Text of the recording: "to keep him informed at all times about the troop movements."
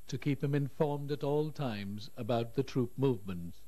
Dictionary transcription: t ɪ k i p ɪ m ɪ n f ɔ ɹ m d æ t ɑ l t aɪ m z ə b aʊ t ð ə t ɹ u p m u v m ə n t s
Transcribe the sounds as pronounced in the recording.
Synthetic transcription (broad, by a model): t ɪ k i p ɪ m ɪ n f ɔ ɹ m d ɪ t ɑ l t aɪ m z ə b aʊ t ð ə t ɹ u p m u v m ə n t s